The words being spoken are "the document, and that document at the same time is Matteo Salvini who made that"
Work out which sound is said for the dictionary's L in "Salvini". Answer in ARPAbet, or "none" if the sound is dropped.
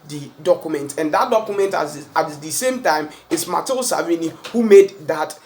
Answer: none